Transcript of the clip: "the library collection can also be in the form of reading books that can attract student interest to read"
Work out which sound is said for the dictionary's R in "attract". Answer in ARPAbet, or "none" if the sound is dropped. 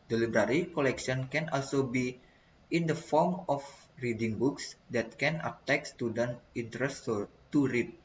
none